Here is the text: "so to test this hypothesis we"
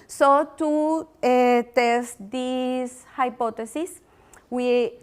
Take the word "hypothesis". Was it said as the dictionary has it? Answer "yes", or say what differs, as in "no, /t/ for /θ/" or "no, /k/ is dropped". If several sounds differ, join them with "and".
no, /t/ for /θ/